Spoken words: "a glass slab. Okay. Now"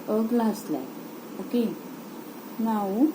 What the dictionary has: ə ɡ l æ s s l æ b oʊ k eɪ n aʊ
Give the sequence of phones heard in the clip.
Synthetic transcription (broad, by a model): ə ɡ l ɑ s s l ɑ oʊ k eɪ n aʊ